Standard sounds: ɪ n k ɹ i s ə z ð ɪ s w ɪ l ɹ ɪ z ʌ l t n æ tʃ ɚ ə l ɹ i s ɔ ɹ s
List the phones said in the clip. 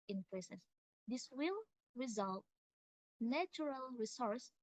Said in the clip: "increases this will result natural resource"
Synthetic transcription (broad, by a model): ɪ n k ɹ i s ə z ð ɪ s w ɪ l ɹ ɪ z ʌ l t n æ tʃ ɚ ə l ɹ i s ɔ ɹ s